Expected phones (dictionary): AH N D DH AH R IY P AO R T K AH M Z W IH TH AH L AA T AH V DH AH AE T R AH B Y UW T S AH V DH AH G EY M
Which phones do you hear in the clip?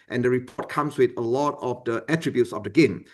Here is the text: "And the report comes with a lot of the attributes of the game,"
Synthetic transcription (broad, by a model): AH N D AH R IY P AO T K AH M S W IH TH AH L AA T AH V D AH AE T R AH B Y UW T S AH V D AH G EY M